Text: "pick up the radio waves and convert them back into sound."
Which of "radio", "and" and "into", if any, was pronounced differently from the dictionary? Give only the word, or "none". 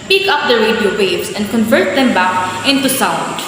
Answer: none